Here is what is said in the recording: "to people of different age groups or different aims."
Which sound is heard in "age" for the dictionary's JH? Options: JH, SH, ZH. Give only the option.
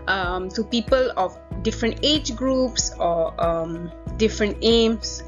JH